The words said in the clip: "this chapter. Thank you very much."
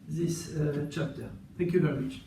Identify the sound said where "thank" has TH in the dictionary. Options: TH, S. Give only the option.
TH